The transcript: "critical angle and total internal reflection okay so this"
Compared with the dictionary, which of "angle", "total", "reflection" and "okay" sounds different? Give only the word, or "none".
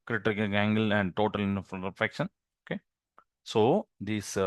reflection